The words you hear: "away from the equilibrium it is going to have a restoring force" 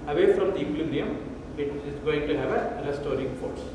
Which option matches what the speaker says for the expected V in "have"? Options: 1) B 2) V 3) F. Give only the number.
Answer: 2